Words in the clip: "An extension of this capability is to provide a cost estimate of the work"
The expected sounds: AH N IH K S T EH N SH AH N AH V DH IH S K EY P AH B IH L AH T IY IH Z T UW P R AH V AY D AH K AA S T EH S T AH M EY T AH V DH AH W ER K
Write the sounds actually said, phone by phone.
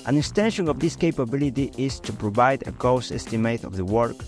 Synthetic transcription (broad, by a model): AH N IH K S T EH N SH AH N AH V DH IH S K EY P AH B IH L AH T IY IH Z T UW P R AH V AY D AH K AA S EH S T AH M EY T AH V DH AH W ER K